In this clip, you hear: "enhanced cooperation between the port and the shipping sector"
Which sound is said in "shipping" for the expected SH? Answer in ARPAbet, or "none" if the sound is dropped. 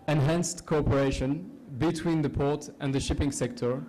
SH